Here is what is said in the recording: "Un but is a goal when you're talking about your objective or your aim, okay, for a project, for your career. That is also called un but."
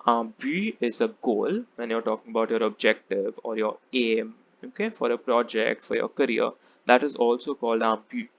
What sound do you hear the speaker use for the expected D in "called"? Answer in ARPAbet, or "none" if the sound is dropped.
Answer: D